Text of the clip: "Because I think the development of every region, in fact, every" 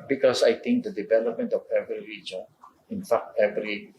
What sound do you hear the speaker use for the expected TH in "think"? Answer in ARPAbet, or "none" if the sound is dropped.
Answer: T